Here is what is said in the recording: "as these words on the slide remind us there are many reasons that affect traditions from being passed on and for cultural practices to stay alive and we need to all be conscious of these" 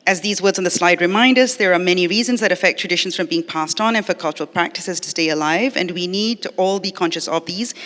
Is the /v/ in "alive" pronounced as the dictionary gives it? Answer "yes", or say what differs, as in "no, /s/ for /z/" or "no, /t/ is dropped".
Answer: yes